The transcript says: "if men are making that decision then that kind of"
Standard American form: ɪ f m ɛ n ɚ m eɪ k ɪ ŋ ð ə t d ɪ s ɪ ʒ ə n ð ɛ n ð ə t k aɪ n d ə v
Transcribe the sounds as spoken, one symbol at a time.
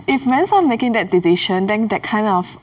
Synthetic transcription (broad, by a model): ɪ f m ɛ n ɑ m eɪ k ɪ ŋ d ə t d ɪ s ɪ ʃ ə n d ɛ n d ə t k aɪ n d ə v